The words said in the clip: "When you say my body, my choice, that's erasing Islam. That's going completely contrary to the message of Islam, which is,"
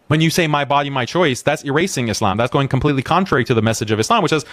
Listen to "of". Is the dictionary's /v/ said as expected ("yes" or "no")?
yes